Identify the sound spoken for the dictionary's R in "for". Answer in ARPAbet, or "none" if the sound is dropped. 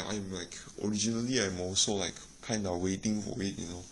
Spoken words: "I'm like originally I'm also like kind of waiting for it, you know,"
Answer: W